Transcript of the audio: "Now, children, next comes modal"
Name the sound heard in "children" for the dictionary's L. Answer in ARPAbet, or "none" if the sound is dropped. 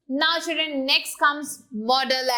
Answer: none